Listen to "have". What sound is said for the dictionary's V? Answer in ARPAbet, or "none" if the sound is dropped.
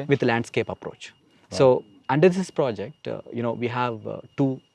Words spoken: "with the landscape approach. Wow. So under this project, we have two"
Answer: V